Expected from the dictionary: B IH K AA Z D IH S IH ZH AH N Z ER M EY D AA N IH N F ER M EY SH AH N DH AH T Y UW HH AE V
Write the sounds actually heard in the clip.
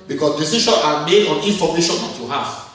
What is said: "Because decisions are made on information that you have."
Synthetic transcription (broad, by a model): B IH K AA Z D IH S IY SH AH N AA M EY D AA N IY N F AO M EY SH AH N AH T Y UW HH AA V